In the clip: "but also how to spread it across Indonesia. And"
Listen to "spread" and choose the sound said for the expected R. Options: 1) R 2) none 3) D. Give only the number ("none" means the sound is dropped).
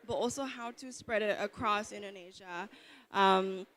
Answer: 1